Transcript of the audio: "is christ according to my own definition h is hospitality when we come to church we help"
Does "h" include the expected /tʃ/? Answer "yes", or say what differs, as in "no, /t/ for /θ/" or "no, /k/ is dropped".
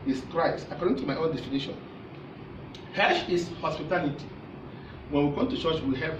no, /ʃ/ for /tʃ/